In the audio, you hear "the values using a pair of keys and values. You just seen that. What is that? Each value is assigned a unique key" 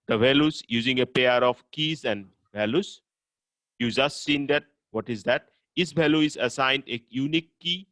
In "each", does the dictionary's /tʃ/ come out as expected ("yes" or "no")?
no